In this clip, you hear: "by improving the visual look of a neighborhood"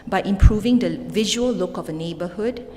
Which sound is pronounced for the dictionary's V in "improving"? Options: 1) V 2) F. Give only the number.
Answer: 1